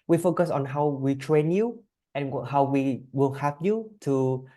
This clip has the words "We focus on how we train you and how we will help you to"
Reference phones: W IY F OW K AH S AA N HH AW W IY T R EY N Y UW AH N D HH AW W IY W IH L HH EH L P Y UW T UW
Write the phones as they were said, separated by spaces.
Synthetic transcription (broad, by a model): W IY F OW K AH S AA N HH AW W IY T R EY N Y UW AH N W HH AW W IY W IH L HH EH P Y UW T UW